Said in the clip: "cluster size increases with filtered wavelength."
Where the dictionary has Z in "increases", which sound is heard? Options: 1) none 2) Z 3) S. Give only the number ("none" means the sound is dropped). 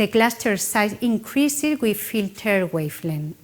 1